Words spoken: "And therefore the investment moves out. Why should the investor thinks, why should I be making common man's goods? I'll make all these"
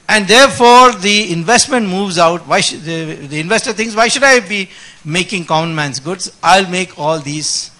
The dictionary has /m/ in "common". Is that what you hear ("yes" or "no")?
no